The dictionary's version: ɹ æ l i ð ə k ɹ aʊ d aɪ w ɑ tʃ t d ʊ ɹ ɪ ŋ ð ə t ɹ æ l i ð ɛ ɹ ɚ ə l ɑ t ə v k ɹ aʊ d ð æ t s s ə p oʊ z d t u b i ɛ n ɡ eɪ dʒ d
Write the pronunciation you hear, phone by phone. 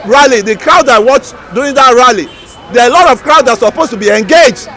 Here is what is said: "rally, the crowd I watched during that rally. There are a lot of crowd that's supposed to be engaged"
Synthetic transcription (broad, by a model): ɹ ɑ l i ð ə k ɹ aʊ d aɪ w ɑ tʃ d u ɪ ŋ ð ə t ɹ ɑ l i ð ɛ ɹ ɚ ə l ɑ t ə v k ɹ aʊ d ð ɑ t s s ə p oʊ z t u b i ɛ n ɡ eɪ dʒ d